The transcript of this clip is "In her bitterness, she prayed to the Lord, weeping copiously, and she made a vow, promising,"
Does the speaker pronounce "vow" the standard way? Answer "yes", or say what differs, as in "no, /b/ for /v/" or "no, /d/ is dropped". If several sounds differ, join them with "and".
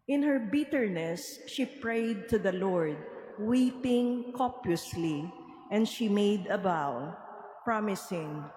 no, /b/ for /v/